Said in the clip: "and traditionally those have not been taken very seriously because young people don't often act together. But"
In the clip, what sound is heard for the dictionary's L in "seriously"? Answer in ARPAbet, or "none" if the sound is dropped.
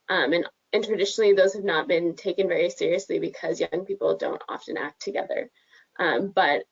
L